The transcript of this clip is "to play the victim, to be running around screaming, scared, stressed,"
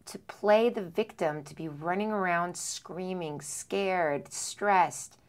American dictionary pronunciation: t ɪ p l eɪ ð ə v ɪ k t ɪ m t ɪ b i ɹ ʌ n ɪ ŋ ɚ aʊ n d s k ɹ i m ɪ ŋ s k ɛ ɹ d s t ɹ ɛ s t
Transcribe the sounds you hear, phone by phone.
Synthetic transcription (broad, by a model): t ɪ p l eɪ ð ə v ɪ k t ɪ m t ɪ b i ɹ ʌ n ɪ ŋ ɚ aʊ n d s k ɹ i m ɪ ŋ s k ɛ ɹ d s t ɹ ɛ s t